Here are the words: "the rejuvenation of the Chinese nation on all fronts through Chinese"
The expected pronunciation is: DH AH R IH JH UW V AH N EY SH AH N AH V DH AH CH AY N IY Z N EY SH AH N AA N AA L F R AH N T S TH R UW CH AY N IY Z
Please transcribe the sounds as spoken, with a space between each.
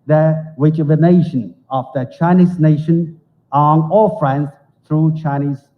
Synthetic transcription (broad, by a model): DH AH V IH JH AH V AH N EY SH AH N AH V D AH CH AY N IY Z N EY SH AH N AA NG AA L F R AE N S T R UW CH AY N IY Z